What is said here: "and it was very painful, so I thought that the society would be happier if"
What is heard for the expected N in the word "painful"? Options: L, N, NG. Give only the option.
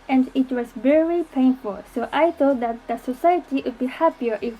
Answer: N